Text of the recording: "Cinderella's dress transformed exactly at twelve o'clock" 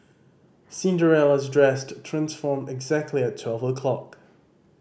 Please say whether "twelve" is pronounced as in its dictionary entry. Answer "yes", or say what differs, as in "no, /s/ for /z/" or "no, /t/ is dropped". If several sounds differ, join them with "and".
yes